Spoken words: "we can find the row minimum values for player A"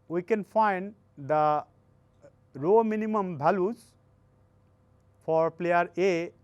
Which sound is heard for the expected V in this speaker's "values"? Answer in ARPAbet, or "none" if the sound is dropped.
B